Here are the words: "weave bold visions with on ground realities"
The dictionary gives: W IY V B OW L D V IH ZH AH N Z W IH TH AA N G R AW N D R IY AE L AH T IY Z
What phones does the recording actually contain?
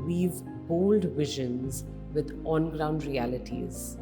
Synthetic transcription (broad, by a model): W IY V B OW L D V IH ZH AH N Z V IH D AA N G R AW N D R IY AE L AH T IY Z